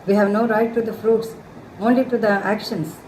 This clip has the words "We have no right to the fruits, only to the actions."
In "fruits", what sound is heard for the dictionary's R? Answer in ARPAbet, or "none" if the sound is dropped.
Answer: R